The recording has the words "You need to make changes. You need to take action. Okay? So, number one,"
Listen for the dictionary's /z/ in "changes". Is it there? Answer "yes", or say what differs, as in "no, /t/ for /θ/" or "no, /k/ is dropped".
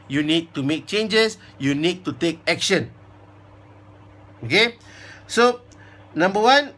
no, /s/ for /z/